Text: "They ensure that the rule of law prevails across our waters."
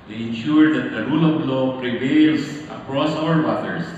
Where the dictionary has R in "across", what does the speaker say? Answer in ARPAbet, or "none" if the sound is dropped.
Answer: R